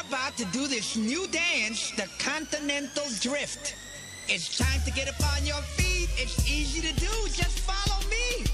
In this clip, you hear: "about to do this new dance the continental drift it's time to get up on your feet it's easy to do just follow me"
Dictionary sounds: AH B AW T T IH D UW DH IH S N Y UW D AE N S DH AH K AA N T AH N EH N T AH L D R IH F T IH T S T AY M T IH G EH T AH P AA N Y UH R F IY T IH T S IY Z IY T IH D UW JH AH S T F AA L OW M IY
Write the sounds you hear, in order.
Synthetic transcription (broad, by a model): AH B AW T T IH D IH DH IH S N Y UW D AE N S DH AH K AA N T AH N EH N T L D R IH F T IH T S T AY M T IH G EH T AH P AA N Y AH R F IY T IH T S IY Z IY T IH D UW JH AH S T F AA L OW M IY